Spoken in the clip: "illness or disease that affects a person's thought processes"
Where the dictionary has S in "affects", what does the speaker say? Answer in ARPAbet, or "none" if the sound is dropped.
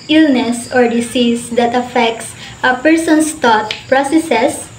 S